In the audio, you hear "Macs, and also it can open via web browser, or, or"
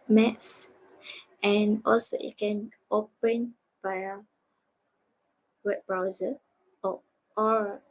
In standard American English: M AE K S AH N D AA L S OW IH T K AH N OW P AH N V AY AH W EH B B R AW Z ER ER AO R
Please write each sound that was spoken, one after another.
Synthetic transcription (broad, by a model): M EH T S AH N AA L S OW IH T K AH N OW P AH N B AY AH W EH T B R AW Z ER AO AO R